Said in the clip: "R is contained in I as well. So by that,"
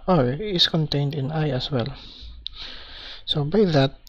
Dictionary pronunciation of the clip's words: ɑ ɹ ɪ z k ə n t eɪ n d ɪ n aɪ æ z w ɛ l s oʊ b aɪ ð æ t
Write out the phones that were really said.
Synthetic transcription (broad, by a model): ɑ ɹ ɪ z k ə n t eɪ n d ɪ n aɪ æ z w ɛ l s oʊ b aɪ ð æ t